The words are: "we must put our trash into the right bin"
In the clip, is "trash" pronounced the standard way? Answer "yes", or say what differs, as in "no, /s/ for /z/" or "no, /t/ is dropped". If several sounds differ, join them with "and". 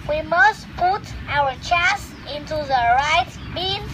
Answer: no, /s/ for /ʃ/